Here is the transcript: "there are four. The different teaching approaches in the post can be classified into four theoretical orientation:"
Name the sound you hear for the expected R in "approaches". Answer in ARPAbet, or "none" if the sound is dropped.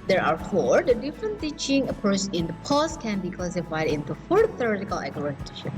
none